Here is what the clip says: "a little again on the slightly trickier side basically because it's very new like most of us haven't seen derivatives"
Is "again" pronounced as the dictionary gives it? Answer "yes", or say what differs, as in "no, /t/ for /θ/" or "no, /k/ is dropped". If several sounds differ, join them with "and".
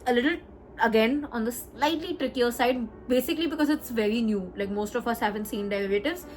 yes